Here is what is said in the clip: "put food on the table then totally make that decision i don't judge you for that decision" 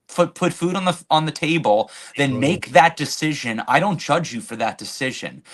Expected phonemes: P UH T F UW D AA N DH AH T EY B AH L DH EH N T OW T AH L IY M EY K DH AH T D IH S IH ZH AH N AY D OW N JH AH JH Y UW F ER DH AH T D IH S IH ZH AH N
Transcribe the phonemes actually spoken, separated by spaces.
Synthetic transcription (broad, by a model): P UH T F UW D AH N DH AH T EY B AH L DH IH N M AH IY K DH AH T D IH S IH ZH AH N AY D OW N JH AH JH Y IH F ER DH AH T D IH S IH ZH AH N